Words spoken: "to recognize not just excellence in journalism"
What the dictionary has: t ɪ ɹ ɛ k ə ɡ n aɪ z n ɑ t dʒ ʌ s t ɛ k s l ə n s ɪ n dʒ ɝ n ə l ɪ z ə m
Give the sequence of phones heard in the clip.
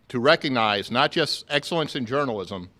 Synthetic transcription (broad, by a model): t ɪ ɹ ɛ k ə ɡ n aɪ z n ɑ t dʒ ʌ s t ɛ k s l ə n s ɪ n dʒ ɝ n l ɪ z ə m